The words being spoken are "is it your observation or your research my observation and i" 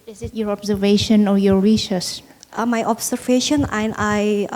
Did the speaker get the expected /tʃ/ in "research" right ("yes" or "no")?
no